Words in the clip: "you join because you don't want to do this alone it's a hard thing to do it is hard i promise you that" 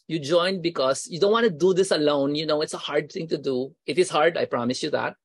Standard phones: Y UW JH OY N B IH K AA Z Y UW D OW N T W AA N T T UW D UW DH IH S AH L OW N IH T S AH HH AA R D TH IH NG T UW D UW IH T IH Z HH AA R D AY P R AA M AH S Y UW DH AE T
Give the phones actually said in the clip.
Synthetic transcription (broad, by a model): Y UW JH OY N B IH K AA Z Y UW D OW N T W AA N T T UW D UW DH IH S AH L OW N IH T S AH HH AA R D T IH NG T UW D UW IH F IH S HH AA R D AY P R AA M AH S Y UW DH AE T